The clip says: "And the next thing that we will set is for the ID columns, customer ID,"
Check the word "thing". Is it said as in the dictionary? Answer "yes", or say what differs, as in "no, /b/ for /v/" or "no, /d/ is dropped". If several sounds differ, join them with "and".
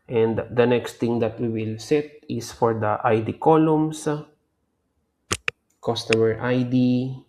no, /t/ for /θ/